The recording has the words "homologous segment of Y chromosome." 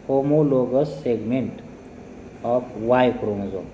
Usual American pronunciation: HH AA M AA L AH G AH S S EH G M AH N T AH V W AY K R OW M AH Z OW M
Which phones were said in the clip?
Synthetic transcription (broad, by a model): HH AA M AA L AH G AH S S EH G M AH N T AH P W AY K R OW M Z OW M